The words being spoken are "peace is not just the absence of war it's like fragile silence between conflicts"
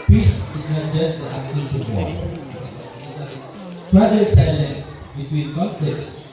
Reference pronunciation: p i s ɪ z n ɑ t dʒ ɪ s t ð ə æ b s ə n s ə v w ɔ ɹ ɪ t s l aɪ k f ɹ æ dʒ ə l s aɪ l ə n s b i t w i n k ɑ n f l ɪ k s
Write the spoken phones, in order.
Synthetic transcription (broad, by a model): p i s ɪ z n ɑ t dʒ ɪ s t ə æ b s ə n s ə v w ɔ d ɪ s n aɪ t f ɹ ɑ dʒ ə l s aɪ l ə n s b i t w i n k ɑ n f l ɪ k s